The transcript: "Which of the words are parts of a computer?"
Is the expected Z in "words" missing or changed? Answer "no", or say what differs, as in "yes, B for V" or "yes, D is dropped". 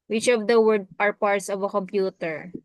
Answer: yes, Z is dropped